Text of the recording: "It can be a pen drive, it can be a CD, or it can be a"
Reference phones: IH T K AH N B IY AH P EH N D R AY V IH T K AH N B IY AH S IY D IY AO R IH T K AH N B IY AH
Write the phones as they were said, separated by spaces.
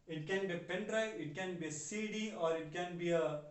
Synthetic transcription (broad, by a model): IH T K AH N B IY AH P EH N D R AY IH T K AH N B IY AH S IY D IY AO R IH T K AH N B IY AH